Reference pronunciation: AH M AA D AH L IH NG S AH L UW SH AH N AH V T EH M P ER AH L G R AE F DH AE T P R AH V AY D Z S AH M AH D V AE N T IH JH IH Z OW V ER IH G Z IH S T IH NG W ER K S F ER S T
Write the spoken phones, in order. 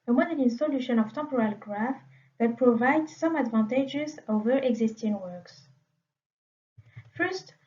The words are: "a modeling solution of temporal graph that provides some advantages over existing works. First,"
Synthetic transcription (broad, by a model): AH M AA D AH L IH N S AH L UW SH AH N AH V T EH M P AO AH L G R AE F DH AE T P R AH V AY D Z S AH M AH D V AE N T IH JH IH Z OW V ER IH G Z IH S T IH NG W ER K S F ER S T